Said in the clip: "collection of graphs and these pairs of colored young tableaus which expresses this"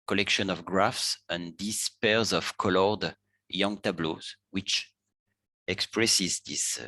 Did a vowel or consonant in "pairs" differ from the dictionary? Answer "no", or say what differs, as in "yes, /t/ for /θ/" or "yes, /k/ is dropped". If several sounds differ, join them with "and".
no